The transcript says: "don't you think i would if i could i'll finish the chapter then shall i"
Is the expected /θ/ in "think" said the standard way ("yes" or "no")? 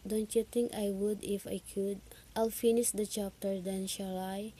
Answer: no